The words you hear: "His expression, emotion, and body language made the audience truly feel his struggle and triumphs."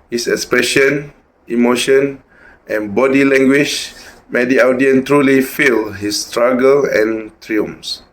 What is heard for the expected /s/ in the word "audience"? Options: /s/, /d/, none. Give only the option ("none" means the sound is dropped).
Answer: none